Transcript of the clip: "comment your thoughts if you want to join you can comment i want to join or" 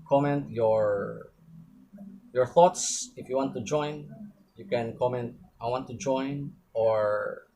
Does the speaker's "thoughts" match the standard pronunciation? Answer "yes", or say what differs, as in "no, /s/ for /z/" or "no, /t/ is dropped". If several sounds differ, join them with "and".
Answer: yes